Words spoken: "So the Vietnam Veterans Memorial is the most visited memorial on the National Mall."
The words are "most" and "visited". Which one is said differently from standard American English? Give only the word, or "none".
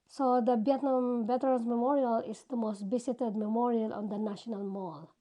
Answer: visited